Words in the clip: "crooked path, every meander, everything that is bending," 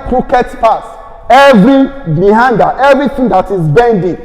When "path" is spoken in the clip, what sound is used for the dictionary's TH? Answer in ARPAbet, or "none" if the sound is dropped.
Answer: S